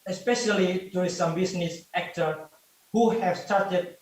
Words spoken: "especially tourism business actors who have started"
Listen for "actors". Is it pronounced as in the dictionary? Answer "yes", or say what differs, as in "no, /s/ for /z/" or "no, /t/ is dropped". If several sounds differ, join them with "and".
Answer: no, /z/ is dropped